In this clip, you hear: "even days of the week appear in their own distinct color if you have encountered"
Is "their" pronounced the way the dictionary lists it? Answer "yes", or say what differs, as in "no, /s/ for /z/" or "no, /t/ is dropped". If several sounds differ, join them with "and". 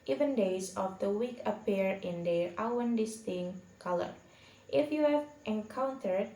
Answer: no, /w/ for /ɹ/